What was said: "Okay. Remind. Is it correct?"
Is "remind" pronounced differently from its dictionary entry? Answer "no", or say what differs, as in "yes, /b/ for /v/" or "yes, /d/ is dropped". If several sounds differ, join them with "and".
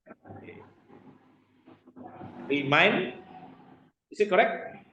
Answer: yes, /d/ is dropped